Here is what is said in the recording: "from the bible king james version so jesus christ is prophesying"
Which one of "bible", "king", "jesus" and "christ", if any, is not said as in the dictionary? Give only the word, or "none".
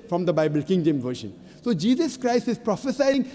none